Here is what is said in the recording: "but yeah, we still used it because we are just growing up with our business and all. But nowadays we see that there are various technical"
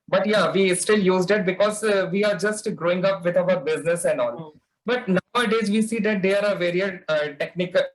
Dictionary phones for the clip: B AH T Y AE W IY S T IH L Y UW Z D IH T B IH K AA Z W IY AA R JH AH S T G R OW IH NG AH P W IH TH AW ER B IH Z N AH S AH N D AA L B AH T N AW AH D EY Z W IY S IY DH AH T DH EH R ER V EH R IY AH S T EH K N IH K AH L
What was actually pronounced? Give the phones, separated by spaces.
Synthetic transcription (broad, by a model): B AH T Y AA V IY S T IH L Y UW Z D IH T B IH K AA Z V IY AA R JH AH S T G R OW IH NG AH P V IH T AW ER B IH Z N AH S AH N D AA L B AH T N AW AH D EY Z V IY S IY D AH T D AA R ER V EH R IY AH T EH K N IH K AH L